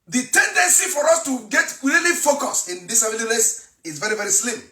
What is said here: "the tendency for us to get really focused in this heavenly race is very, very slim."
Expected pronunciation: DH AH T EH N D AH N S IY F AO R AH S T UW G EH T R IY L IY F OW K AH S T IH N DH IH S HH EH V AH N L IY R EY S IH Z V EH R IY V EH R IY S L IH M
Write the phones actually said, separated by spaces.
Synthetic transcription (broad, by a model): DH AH T EH N D AH N S IY F AO R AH S T UW G EH T R IY L IY F OW K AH S IH N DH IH S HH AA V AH L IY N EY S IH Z V EH R IY V EH R IY S L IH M